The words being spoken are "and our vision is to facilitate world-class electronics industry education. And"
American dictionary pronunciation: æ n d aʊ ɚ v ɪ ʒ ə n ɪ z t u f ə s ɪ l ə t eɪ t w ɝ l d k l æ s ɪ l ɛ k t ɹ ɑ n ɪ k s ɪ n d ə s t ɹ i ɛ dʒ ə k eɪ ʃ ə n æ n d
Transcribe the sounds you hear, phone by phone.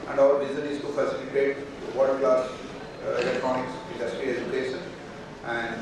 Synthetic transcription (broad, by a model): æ n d aʊ ɚ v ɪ z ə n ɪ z t u f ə s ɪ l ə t eɪ t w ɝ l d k l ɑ s ɪ l ɛ k t ɹ ɑ n ɪ k s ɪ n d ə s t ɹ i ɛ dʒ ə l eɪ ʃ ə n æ n d